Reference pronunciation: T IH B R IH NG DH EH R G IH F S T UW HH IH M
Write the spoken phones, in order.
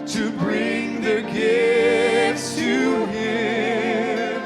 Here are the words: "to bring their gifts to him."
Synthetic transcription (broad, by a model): T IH B R IH NG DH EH R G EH S T UW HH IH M